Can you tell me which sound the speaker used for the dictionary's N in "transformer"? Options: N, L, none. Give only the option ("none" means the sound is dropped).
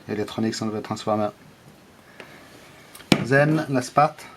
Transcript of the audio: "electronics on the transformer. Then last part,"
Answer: none